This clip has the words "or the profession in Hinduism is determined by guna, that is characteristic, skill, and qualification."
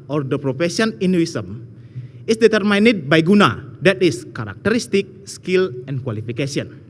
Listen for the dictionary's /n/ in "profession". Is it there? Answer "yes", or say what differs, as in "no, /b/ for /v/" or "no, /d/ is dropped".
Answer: no, /n/ is dropped